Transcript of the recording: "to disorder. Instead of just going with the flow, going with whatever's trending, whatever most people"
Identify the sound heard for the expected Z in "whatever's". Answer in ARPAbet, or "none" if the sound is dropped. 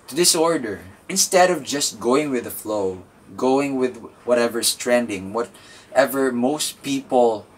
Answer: S